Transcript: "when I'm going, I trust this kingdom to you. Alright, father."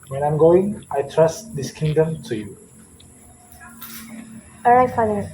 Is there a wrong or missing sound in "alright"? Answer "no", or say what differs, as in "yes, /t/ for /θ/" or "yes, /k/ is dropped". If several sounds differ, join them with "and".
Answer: yes, /l/ is dropped